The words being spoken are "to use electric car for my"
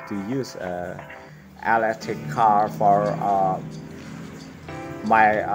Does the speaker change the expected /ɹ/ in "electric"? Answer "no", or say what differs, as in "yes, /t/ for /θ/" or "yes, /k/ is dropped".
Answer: yes, /ɹ/ is dropped